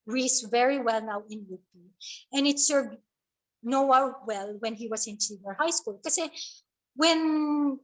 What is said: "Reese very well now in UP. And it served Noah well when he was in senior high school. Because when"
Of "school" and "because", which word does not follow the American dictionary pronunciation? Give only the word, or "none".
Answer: because